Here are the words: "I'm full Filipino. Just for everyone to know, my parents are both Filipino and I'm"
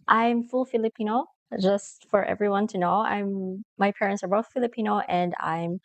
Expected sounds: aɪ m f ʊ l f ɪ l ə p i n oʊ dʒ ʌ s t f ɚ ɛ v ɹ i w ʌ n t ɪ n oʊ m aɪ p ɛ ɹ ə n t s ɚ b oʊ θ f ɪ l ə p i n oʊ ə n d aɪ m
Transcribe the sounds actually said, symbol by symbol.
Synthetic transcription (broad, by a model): aɪ m f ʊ l f ɪ l ə p i n oʊ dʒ ʌ s t f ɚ ɛ v ɹ i w ʌ n t ɪ n oʊ m aɪ p ɛ ɹ ə n t s ɚ b oʊ θ f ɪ l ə p i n oʊ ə n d aɪ m